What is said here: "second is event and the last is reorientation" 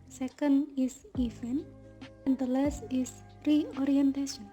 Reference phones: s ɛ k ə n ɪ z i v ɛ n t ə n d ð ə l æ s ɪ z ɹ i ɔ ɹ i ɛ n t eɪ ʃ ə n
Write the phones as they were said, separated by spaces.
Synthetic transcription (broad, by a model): s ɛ k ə n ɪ s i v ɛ n ə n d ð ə l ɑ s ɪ s ɹ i ɔ ɹ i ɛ n t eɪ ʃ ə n